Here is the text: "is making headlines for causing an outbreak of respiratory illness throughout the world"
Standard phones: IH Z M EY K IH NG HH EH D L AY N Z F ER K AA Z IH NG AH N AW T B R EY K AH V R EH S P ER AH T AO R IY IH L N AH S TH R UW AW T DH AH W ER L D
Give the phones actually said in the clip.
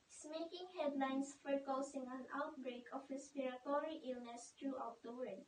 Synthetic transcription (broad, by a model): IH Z M EY K IH NG HH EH D L AY N S F ER K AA S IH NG AH N AW T B R EY K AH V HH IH S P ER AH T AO R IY IH L N AH S T R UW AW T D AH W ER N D